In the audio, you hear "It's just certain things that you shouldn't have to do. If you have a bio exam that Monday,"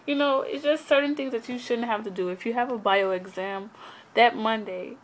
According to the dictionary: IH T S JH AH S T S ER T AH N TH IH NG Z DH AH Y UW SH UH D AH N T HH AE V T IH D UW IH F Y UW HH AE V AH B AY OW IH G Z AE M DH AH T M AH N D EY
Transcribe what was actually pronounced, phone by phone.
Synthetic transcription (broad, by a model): IH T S JH AH S T S ER T N TH IH NG Z DH AH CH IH SH UH D N T HH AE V T IH D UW IH F Y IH V AH B AY OW IH G Z AE M DH AH T M AH N D EY